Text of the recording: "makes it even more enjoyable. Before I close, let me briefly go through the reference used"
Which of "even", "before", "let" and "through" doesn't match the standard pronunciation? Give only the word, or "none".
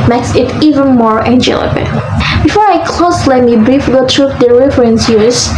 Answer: through